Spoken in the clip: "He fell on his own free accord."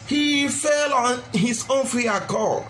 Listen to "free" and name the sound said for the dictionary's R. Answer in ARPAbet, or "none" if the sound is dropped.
none